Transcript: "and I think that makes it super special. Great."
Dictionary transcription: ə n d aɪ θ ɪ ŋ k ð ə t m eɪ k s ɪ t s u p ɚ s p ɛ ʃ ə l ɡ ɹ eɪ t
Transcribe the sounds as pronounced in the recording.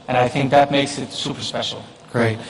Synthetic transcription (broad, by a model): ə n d aɪ θ ɪ ŋ k ð ə t m eɪ k s ɪ t s u p ɚ s p ɛ ʃ l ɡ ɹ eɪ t